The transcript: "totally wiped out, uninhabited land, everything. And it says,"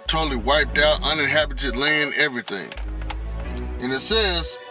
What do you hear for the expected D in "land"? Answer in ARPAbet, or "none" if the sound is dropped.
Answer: none